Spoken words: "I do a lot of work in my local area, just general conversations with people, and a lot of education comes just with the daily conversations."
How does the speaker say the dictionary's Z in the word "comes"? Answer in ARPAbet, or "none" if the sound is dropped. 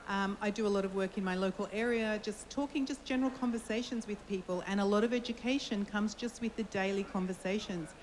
Z